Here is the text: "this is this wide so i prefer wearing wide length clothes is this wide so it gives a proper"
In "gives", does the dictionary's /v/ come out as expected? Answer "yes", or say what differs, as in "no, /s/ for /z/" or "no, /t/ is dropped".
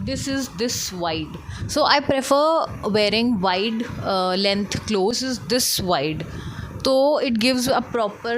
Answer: yes